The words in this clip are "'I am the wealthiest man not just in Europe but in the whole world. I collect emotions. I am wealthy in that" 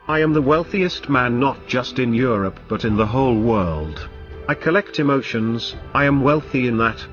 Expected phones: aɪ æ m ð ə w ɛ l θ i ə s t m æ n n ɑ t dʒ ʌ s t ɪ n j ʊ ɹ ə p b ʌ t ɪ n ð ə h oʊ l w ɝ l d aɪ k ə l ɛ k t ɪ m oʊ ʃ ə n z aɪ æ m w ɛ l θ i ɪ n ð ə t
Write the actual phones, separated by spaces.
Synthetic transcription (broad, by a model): aɪ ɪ m ð ə w ɛ l θ i ə s t m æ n n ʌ t dʒ ʌ s t ɪ n j ʊ ɹ ə p b ʌ t ɪ n ð ə h oʊ l w ɝ l d aɪ k ə l ɛ k t ɪ m oʊ ʃ ə n z aɪ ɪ m w ɛ l θ i ɪ n ð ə t